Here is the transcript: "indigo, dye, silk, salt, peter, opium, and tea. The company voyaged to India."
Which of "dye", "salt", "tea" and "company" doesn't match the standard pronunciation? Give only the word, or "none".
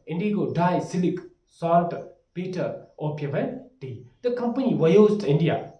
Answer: salt